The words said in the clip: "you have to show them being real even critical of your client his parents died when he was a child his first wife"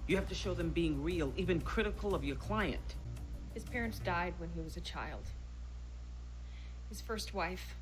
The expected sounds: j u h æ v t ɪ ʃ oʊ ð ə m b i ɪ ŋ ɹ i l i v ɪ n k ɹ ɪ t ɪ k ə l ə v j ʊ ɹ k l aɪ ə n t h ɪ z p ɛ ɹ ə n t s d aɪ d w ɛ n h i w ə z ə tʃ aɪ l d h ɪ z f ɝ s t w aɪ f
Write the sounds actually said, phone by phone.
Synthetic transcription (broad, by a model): j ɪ h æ f t ɪ ʃ oʊ ð ə m b i ɪ ŋ ɹ i l i v ɪ n k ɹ ɪ t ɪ k l ə v j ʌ ɹ k l aɪ ə n t h ɪ z p ɛ ɹ ə n t s d aɪ d w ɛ n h i w ə z ə tʃ aɪ l d h ɪ z f ɝ s t w aɪ f